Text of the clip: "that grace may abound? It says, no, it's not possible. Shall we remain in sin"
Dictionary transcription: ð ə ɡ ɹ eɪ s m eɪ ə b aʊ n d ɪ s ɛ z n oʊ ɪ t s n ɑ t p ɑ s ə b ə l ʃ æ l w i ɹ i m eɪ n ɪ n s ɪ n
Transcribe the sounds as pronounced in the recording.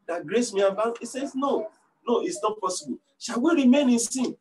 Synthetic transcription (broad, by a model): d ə ɡ ɹ eɪ s m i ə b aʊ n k ɪ s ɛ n n oʊ ɪ t s n ɑ t p ɑ s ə b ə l ʃ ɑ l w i ɹ i m eɪ n ɪ n s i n